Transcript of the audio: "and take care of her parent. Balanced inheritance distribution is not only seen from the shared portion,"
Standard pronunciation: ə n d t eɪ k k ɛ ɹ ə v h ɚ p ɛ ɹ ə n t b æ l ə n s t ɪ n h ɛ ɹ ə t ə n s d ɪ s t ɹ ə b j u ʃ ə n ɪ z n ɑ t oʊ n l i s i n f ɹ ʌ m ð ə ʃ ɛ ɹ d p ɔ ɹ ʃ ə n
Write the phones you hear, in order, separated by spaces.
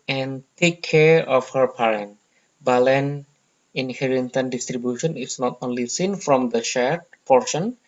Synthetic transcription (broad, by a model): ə n t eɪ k k ɛ ɹ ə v h ɚ p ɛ ɹ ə n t b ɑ l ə n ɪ n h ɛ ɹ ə t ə n d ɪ s t ɹ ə b j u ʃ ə n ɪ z n ɑ t oʊ n l i s i n f ɹ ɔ m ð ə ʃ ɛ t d p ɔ ɹ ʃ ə n